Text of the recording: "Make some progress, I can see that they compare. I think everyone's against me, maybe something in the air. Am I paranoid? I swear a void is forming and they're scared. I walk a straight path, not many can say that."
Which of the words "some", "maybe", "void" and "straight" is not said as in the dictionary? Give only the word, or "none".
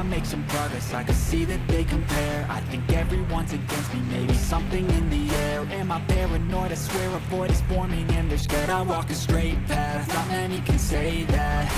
void